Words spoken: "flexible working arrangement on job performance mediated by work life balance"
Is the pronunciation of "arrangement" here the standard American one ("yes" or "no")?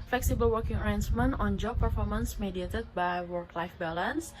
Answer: no